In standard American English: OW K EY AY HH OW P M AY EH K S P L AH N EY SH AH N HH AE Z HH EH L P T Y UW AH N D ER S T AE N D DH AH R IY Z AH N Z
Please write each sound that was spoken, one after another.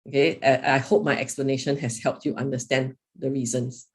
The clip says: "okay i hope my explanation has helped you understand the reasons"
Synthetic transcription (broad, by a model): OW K EY AY HH OW P M AY EH K S P L AH N EY SH AH N HH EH S HH EH L P T Y UW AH N D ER S T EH N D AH R IY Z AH N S